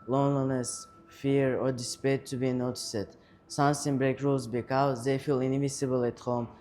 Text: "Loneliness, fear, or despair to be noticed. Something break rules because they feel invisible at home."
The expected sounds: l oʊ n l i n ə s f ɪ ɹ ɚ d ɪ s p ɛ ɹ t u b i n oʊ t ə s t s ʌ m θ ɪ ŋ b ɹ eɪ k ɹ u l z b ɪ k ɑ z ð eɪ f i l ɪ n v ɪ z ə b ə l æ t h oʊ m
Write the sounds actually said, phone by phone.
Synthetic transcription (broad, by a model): l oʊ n l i n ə s f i ɹ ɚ d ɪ s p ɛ t u b i n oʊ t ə s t s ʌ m s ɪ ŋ b ɹ eɪ k ɹ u l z b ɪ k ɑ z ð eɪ f i l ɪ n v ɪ s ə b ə l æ t h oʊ m